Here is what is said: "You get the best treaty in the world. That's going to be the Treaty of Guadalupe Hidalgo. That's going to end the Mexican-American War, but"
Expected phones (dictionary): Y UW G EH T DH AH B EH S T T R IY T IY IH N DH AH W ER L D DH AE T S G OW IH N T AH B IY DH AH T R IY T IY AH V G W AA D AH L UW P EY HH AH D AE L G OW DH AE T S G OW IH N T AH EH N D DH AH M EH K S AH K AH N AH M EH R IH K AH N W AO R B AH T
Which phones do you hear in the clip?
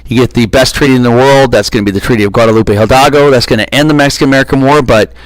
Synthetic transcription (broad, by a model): Y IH G EH T DH AH B EH S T T R IY T IY IH N DH AH W ER L D DH AE T S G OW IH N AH B IY DH AH T R IY T IY AH V G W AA D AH L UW P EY HH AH D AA G OW DH AE T S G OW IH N T EH N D DH AH M EH K S AH K AH N AH M EH R IH K AH N W AO R B AH T